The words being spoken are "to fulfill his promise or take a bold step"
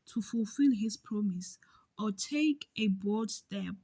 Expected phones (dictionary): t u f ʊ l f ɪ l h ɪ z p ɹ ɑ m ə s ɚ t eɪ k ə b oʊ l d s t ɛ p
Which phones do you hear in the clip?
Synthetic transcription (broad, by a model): t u f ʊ l f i l h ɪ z p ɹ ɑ m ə s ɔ t eɪ k ə b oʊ d s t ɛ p